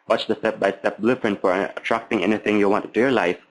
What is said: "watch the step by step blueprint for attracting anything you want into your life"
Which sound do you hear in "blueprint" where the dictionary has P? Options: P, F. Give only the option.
F